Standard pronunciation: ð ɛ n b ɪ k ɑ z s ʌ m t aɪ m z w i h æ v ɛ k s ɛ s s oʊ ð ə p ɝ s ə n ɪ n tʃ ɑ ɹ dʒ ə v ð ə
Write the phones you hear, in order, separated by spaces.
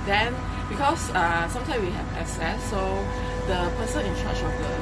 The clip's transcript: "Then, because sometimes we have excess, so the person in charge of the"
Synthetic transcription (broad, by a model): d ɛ n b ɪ k ɑ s s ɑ m t aɪ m s w i h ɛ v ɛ s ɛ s s oʊ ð ə p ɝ s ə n ɪ n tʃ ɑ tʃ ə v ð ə